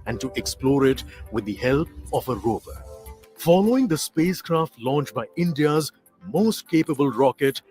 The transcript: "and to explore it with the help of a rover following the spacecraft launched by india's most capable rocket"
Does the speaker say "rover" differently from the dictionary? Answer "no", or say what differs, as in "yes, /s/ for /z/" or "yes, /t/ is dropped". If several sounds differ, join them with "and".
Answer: yes, /b/ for /v/